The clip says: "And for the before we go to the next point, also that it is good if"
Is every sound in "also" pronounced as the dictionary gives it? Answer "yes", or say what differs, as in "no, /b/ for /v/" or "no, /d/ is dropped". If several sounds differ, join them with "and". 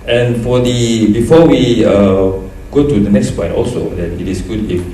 yes